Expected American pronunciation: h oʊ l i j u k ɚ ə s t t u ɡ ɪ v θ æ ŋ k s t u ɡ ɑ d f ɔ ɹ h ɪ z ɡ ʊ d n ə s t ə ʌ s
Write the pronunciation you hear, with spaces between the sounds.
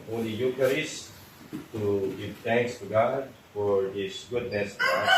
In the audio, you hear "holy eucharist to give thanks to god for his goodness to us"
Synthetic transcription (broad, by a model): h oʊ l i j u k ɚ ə s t t u ɡ ɪ v t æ ŋ k s t u ɡ ɑ d f ɔ ɹ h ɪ s ɡ ʊ d n ə s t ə